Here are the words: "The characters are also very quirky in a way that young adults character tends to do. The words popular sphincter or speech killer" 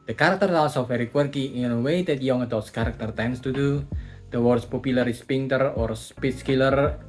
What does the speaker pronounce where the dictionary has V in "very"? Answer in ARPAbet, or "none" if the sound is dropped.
F